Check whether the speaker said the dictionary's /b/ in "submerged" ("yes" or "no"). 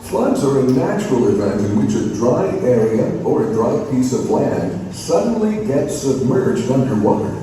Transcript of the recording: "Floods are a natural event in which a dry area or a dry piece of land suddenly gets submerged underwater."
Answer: yes